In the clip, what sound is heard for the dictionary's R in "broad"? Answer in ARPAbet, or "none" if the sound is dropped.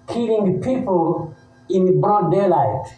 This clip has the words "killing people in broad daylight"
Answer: none